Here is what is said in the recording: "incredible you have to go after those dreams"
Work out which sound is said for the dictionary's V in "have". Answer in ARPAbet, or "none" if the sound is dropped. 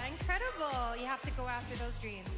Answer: F